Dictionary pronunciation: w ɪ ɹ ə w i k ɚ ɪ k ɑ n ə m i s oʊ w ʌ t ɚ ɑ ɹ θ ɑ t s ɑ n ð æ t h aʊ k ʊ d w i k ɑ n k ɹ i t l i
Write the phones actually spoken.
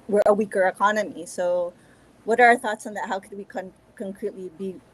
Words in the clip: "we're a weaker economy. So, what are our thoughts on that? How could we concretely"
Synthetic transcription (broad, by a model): w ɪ ɹ ə w i k ɚ ɪ k ɑ n ə m i s oʊ w ʌ t ɚ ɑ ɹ θ ɑ t s n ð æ t h aʊ k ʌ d w i k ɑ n k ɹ i t l i